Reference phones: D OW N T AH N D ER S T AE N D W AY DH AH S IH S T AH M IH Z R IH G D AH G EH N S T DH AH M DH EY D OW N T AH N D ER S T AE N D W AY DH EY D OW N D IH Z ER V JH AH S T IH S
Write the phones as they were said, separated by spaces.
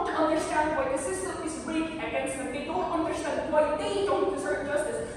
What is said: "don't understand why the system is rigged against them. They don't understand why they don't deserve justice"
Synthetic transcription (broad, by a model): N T AH N D ER S T AE N D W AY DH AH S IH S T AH IH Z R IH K AH G EH N S T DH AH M DH EY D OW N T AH N D ER S T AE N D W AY DH EY D OW N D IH S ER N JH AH S T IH S